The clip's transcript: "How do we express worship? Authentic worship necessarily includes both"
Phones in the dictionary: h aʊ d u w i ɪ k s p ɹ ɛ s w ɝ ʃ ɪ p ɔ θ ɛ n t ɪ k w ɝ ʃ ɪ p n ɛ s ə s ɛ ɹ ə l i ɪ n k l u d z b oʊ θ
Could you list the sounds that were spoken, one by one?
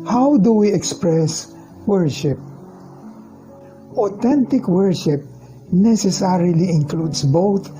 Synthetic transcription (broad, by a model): h aʊ d u w i ɪ k s p ɹ ɛ s w ɝ ʃ ɪ p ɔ t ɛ n t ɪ k w ɝ ʃ ɪ p n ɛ s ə s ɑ ɹ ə l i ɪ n k l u d s b oʊ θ